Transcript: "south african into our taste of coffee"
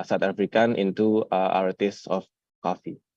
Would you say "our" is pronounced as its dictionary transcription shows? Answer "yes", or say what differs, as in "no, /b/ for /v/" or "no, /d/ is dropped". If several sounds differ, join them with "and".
yes